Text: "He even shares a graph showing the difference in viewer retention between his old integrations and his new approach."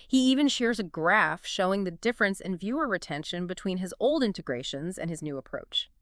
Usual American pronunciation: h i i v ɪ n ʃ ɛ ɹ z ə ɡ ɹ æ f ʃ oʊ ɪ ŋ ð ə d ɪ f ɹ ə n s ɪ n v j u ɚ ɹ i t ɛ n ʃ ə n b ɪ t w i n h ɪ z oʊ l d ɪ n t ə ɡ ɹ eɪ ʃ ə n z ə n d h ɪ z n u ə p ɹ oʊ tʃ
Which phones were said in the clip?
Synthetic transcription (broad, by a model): h i i v ɪ n ʃ ɛ ɹ z ə ɡ ɹ æ f ʃ oʊ ɪ ŋ ð ə d ɪ f ɹ ə n s ɪ n v j u ɚ ɹ i t ɛ n ʃ ə n b ɪ t w i n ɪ z oʊ l d ɪ n t ə ɡ ɹ eɪ ʃ ə n z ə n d ɪ z n u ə p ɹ oʊ tʃ